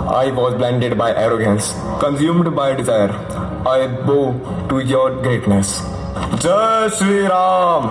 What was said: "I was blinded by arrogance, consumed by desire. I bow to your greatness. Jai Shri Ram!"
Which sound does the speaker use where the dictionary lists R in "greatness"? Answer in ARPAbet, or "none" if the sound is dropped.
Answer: R